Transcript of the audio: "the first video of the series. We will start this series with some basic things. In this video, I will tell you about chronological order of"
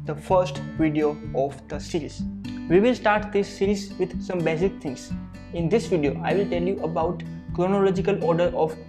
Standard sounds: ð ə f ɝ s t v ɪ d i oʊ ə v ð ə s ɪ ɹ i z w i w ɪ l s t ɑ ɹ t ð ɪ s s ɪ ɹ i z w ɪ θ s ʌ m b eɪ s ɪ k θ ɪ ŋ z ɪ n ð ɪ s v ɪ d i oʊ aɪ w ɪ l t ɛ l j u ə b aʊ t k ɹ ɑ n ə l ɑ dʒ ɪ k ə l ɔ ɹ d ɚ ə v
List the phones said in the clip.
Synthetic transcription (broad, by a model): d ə f ɝ s t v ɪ d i oʊ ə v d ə s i ɹ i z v i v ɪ l s t ɑ ɹ t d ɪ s s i ɹ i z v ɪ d s ʌ m b eɪ s ɪ k t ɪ ŋ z ɪ n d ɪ s v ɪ d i oʊ aɪ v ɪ l t ɛ l j u ə b aʊ t k ɹ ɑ n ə l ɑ dʒ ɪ k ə l ɔ ɹ d ɚ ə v